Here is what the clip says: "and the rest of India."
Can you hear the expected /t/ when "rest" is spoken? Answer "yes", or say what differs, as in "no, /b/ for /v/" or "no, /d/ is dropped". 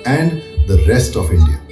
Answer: yes